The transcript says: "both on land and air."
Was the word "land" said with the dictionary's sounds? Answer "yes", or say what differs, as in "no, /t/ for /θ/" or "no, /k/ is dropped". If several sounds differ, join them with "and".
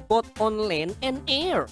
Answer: no, /d/ is dropped